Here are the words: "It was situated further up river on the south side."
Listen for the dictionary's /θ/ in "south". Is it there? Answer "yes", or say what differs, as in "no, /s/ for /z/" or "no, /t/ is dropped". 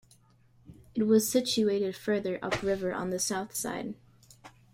yes